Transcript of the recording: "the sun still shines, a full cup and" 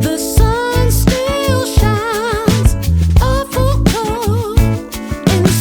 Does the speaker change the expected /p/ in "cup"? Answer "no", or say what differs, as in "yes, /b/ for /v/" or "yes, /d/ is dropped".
yes, /p/ is dropped